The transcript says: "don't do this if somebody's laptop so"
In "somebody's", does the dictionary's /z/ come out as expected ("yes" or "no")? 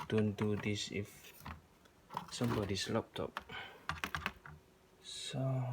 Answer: no